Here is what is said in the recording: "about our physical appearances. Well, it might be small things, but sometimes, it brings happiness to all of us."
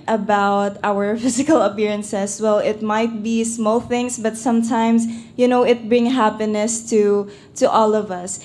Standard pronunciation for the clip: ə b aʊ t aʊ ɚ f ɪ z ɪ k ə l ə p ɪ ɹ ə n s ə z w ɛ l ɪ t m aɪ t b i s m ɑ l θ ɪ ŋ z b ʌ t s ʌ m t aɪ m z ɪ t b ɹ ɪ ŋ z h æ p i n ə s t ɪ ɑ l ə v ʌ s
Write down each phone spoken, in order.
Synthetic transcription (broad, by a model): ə b aʊ t aʊ ɚ f ɪ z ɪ k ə l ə p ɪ ɹ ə n s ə s w ɛ l ɪ t m aɪ t b i s m ɑ l θ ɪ ŋ s b ʌ t s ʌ m t aɪ m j ɪ t b ɹ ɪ ŋ h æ p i n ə s t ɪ ɑ l ə v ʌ s